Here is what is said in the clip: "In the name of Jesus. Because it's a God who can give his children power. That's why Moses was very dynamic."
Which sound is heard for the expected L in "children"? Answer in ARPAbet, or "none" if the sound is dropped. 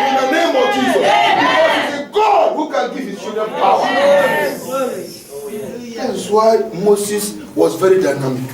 none